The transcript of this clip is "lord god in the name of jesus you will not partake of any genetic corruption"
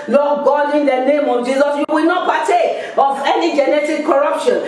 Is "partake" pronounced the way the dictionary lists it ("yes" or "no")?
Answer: no